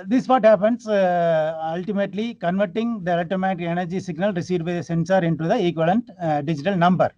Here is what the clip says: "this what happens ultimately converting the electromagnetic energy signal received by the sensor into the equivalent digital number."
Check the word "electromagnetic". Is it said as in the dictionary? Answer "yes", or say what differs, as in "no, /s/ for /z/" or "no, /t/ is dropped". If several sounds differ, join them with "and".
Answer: no, /ɹ/ is dropped